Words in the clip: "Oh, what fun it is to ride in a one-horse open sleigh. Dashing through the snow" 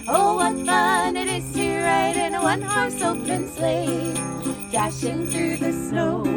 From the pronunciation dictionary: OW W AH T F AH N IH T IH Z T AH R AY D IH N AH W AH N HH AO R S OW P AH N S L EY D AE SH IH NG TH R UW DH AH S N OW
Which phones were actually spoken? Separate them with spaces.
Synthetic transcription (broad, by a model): OW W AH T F AH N IH T IH Z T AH R AY D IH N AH W AH N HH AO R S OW AH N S L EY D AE SH IH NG TH R UW DH AH S N OW